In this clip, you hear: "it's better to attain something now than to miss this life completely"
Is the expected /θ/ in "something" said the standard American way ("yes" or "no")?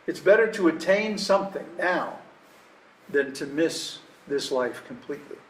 yes